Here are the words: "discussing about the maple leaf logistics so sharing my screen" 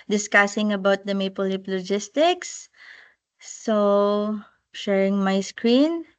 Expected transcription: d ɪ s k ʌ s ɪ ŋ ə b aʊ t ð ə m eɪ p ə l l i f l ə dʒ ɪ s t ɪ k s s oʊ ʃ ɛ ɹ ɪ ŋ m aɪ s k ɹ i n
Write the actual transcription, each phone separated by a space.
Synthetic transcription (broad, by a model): d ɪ s k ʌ s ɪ ŋ ə b aʊ t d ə m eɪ p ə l l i p l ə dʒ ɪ s t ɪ k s s oʊ ʃ ɛ ɹ ɪ ŋ m aɪ s k ɹ i n